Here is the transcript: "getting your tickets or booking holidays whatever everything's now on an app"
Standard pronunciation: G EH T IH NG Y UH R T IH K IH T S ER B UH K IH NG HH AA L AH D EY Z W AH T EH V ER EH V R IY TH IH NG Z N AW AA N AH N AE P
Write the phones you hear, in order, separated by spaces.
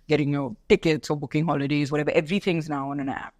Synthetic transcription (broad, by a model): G EH T IH NG Y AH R T IH K IH T S ER B UH K IH NG HH AA L AH D EY Z W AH T EH V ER EH V R IY TH IH NG Z N AW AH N AH N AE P